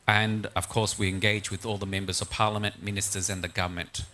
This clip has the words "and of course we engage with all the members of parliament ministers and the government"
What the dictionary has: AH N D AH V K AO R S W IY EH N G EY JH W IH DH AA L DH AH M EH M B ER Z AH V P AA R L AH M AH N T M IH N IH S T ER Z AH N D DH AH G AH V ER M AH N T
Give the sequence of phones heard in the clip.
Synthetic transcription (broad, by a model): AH N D AH V K AO R S W IY EH N G EY JH W IH DH AA L DH AH M EH M B ER Z AH V P AA R L AH M AH N T M IH N IH S T ER Z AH N DH AH G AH V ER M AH N T